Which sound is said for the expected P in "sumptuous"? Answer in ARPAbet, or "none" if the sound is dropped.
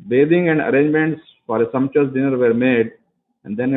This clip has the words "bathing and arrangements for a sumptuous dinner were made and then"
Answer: none